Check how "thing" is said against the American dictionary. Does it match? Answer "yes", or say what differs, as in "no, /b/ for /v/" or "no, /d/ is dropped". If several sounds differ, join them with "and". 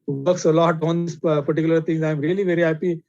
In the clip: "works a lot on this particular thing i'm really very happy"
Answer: no, /t/ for /θ/